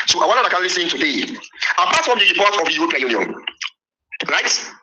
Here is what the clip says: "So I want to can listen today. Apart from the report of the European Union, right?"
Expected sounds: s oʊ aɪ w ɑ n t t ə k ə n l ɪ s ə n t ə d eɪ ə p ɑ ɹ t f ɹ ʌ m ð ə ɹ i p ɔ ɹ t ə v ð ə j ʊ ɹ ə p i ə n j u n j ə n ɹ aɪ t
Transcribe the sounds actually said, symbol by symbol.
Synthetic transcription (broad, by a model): s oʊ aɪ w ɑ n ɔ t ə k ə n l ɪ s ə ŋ t ə d eɪ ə p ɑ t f ɹ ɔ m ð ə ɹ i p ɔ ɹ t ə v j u ə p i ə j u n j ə n ɹ aɪ t